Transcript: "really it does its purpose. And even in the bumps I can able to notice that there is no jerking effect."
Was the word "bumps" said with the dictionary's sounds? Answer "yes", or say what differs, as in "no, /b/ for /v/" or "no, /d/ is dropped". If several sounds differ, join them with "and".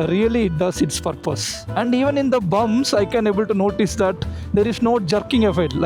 no, /p/ is dropped